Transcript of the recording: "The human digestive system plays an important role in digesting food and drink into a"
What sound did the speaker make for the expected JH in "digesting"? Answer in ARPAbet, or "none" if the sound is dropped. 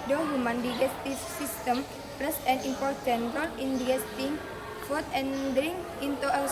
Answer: none